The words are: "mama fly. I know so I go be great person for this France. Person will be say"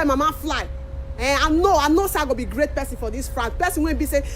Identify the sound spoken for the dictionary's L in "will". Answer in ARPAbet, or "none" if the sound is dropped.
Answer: N